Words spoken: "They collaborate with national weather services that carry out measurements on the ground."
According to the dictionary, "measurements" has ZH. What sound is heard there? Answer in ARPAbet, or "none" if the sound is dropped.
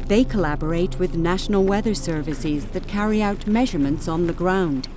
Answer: ZH